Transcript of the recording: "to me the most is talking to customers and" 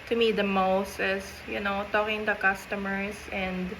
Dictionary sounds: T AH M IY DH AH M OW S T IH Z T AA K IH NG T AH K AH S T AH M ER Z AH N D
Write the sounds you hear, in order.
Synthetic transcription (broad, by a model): T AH M IY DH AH M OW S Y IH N T AA K IH NG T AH K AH S T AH M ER S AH N D